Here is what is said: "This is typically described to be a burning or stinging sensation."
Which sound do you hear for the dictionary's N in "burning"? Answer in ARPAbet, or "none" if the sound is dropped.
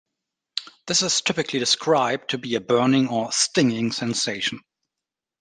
N